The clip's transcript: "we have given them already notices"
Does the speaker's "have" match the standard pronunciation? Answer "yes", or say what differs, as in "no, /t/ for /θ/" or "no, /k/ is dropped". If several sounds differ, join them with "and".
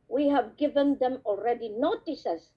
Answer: yes